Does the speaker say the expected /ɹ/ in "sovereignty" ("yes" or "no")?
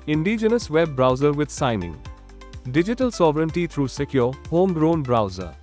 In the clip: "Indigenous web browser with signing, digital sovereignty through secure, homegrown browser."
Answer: yes